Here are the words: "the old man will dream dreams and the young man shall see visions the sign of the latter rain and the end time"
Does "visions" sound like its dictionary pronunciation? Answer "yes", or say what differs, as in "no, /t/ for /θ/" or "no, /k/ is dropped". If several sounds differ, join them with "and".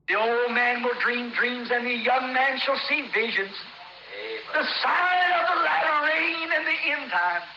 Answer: yes